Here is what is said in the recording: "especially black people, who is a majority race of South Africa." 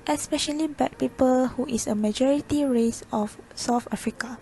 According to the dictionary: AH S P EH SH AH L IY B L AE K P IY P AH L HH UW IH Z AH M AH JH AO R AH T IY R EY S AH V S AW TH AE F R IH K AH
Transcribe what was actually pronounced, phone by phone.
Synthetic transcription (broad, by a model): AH S P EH SH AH L IY B EH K P IY P AH L HH UW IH S AH M AH JH AO R AH T IY R EY S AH F S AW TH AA F R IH K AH